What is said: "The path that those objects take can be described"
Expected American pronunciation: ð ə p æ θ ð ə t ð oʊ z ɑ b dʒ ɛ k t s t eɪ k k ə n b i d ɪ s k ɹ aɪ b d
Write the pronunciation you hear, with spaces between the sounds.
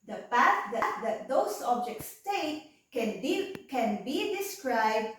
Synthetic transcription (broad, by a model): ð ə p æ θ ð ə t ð oʊ s ɑ b dʒ ɛ k t s t eɪ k k ə n b i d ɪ s k ɹ aɪ b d